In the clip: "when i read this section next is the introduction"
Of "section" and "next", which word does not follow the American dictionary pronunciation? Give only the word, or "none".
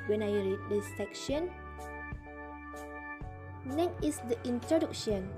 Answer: next